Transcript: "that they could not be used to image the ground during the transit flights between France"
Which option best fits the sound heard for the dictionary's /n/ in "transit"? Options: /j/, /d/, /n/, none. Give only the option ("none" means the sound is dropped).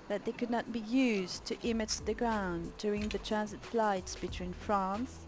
/n/